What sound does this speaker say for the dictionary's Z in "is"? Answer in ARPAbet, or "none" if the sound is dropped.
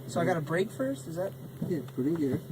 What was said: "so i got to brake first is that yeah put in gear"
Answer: Z